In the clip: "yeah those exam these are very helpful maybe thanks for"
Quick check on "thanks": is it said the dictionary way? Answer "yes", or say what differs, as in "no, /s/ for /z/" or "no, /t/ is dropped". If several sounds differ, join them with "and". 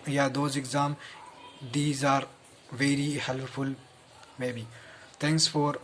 no, /t/ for /θ/